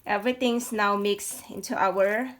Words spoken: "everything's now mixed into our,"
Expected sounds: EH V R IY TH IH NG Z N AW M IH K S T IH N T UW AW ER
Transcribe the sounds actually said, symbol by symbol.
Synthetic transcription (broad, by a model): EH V R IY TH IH NG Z N AW M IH K S IH N T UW AW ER